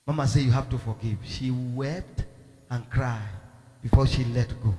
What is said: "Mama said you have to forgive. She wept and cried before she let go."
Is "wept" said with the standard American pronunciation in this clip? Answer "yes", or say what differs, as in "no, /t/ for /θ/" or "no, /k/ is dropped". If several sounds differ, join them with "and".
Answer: yes